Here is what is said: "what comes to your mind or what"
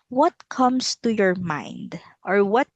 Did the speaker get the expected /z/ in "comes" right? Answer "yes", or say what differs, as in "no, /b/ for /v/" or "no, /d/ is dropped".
no, /s/ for /z/